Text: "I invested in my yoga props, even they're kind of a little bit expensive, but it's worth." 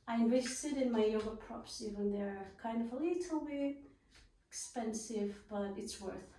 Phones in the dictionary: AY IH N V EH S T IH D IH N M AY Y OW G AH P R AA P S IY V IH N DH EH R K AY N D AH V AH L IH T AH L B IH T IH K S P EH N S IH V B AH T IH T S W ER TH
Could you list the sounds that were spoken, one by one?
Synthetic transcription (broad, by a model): AY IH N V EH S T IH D IH N M AY Y OW G AH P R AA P S IY V IH N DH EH R K AY N D AH V AH L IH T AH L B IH IH K S P EH N S IH V B AH T IH T S W ER TH